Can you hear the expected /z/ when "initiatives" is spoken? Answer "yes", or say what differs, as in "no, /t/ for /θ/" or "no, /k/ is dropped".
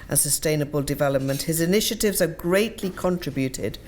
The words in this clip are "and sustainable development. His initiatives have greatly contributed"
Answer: yes